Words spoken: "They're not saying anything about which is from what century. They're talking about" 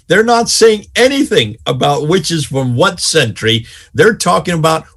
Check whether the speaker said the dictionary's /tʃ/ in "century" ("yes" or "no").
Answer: yes